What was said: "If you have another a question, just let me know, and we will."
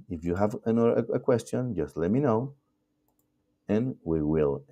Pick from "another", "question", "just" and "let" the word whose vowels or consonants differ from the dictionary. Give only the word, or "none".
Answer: another